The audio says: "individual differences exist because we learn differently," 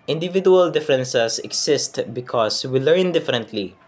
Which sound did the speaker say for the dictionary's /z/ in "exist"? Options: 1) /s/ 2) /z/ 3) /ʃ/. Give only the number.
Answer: 1